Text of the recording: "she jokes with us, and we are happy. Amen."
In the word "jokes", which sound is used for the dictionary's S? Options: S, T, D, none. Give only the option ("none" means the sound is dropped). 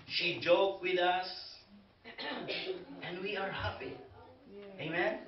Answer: none